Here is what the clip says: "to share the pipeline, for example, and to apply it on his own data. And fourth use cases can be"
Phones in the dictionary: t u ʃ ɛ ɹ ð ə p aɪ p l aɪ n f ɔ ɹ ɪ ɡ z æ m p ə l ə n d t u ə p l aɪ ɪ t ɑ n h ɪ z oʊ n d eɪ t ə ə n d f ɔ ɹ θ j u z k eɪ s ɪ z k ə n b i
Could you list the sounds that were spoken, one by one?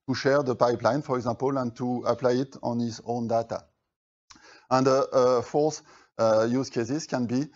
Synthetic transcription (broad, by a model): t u ʃ ɛ ɹ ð ə p aɪ p l aɪ n f ɔ ɹ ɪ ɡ z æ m p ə l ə n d t u ə p l aɪ ɪ t ɑ n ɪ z oʊ n d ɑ t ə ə n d f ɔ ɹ s j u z k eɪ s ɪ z k ə n b i